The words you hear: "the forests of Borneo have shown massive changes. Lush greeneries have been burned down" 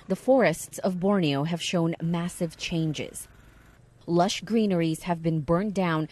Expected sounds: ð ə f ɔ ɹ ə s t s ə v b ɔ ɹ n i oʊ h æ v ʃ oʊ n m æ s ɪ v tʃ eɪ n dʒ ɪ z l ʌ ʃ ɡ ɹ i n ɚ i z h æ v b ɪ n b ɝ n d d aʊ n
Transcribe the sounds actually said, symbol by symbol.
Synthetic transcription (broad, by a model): ð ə f ɔ ɹ ə s t s ə v b ɔ ɹ n i oʊ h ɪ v ʃ oʊ n m æ s ɪ v tʃ eɪ n dʒ ɪ z l ʌ ʃ ɡ ɹ i n ɚ i z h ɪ v b ɪ n b ɝ n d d aʊ n